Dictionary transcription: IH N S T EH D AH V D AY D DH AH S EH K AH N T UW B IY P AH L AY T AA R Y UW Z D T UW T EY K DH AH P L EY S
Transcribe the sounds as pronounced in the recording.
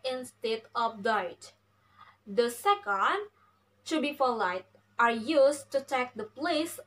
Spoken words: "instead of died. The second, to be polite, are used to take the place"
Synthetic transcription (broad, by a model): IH N S T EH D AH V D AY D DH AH S EH K AH N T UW B IY F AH L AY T AA R Y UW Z T UW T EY K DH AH P L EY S